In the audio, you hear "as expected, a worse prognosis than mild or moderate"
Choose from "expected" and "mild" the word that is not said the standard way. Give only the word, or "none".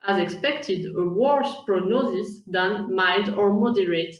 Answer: mild